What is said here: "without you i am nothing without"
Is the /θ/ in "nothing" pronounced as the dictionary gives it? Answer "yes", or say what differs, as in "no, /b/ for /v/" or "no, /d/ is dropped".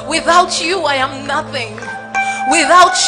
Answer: yes